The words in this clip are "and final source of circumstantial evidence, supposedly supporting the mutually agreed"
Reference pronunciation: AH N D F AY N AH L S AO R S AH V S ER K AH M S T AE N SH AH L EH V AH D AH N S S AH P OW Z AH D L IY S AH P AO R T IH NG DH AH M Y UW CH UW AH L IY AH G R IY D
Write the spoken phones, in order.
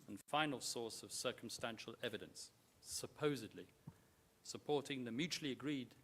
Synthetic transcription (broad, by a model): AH N F AY N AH L S AO R S AH V S ER K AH M S T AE N SH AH L EH V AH D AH N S S AH P OW Z AH D L IY S AH P AO R T IH NG DH AH M Y UW CH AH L IY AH G R IY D